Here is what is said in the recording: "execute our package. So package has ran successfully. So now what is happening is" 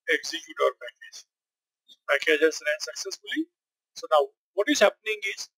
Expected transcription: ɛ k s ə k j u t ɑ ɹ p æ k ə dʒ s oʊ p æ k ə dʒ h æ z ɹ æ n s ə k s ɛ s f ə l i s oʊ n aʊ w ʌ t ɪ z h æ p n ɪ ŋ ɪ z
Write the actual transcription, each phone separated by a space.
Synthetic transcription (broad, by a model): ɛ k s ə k j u t ɑ ɹ p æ k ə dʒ s oʊ p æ k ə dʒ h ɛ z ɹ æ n s ə k s ɛ s f ə l i s oʊ n aʊ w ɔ t ɪ z h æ p n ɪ ŋ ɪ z